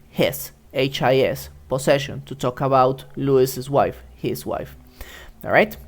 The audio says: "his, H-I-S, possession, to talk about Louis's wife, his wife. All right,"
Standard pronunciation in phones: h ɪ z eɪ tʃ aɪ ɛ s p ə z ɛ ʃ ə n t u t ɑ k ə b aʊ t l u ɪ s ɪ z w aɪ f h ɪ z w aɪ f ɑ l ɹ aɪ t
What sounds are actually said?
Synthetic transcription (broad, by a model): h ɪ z eɪ tʃ aɪ ɛ s p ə s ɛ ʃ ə n t u t ɑ k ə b aʊ t l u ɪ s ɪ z w aɪ f h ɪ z w aɪ f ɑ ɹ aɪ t